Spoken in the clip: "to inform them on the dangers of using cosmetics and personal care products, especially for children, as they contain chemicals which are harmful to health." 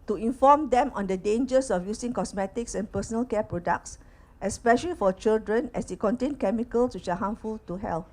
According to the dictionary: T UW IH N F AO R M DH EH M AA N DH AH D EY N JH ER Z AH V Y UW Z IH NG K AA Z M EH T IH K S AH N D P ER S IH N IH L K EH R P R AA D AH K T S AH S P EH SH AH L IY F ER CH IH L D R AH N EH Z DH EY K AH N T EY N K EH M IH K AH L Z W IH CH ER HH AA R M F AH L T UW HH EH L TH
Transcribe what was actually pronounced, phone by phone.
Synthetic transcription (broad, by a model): T UW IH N F AO M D EH M AA N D AH D EY N JH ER S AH F Y UW S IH NG K AA S M EH T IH K S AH N P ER S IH N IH L K EH P R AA D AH K T S AH S P EH SH AH L IY F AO CH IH L D R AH N EH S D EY K AH N T EY N K EH M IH K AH L S W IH CH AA HH AA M F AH L T UW HH EH L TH